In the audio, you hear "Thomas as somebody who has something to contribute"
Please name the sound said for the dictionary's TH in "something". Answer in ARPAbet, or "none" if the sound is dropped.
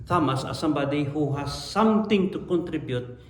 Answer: T